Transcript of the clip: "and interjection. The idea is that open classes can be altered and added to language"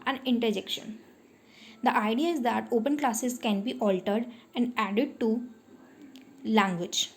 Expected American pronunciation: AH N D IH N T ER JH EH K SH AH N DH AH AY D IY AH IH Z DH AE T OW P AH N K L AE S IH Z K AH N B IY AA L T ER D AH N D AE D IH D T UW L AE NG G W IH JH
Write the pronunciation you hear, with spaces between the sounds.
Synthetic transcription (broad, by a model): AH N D IH N T ER JH EH K SH AH N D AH AY D IY AH IH Z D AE T OW P AH N K L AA S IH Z K AH N B IY AA L T ER D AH N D AE D IH D T UW L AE NG G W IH JH